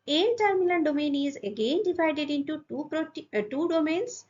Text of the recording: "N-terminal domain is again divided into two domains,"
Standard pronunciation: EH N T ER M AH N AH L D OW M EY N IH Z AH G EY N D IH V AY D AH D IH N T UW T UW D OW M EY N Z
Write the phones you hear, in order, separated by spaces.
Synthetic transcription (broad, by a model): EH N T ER M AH L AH N D OW M EY N IH Z AH G EY N D IH V AY D AH D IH N T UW T UW D OW M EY N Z